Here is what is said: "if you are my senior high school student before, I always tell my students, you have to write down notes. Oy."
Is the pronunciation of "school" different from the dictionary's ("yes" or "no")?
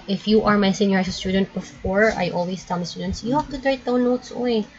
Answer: yes